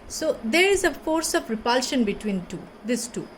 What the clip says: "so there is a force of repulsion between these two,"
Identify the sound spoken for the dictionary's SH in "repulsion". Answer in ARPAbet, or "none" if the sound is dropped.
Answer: SH